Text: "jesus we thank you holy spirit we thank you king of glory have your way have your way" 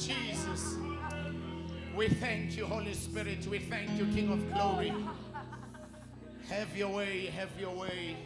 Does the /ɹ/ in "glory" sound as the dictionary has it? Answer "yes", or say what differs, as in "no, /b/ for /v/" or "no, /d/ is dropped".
yes